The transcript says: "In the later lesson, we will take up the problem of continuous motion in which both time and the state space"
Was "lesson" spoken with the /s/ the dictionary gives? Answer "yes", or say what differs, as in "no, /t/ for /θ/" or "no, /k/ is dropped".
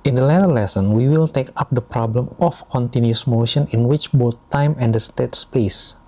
yes